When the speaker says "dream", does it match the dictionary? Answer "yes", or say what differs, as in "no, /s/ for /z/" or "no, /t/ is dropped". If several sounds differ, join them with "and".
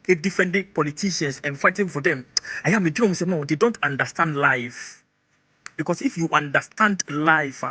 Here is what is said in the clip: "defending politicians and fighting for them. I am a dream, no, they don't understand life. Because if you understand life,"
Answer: no, /ɹ/ is dropped